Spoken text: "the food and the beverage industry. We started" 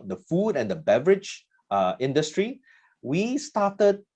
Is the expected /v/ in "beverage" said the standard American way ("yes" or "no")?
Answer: yes